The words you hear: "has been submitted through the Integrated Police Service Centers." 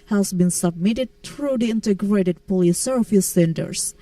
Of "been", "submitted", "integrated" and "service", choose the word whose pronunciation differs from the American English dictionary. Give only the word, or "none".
service